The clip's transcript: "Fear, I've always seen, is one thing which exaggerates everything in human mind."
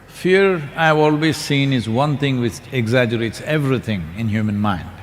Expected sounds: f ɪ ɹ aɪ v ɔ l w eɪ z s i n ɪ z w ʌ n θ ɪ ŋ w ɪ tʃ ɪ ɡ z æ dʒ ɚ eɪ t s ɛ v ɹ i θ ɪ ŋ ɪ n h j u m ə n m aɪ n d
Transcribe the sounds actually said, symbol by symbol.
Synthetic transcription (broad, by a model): f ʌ ɹ aɪ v ɔ l w eɪ z s i n ɪ z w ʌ n t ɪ ŋ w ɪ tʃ ɪ ɡ z æ dʒ ɚ eɪ t s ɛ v ɹ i t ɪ ŋ ɪ n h j u m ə n m aɪ n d